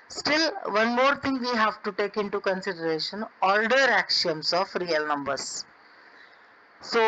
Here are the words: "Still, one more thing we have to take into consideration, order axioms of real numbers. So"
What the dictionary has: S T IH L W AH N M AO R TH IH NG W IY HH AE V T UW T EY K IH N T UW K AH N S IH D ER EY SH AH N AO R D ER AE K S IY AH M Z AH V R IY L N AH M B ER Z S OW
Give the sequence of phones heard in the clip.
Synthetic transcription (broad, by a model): S T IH L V AH N M AO R T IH NG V IY HH AE V T UW T EY K IH N T UW K AH N S IH D ER EY SH AH N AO L D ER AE K SH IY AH M S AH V R IY L N AH M B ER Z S OW